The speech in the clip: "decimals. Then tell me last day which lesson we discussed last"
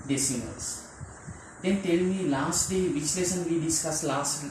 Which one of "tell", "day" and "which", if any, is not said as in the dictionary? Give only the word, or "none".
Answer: which